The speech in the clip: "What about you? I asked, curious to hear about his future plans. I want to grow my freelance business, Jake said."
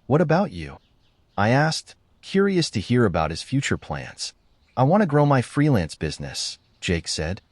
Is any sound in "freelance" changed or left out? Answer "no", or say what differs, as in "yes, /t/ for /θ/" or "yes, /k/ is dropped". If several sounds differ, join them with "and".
no